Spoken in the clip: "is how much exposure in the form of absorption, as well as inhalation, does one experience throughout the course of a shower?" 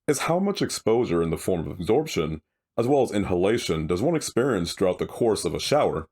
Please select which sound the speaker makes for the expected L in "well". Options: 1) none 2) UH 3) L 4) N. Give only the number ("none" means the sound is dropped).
3